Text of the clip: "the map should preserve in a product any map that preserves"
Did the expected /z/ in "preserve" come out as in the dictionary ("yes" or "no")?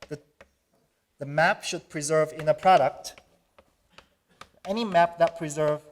yes